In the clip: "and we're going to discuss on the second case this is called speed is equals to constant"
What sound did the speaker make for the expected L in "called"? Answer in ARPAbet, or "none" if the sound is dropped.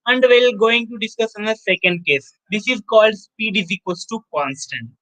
L